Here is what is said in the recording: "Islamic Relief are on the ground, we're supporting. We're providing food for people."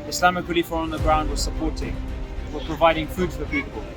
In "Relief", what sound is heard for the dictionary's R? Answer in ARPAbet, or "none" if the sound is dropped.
W